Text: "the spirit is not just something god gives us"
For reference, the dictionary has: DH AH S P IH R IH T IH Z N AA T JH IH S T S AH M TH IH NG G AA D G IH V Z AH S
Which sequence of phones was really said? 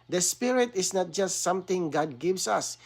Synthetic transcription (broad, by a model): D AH S P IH R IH T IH S N AA T JH IH S T S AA M T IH NG G AA D G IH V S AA S